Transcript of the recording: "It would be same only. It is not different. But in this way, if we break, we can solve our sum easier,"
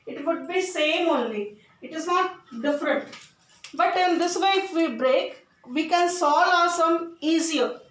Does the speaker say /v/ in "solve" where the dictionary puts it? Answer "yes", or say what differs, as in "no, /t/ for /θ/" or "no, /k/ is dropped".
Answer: no, /v/ is dropped